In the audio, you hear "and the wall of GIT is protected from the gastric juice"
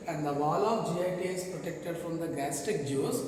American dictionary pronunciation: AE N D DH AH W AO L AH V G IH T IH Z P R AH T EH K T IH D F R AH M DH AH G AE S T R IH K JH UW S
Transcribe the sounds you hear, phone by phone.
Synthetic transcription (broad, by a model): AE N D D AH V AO L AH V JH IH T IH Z P R AH T EH K T IH D F R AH M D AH G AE S T IH K JH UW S